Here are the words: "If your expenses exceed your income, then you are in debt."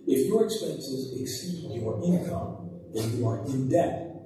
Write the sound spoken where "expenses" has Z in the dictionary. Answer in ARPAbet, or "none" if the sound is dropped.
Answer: Z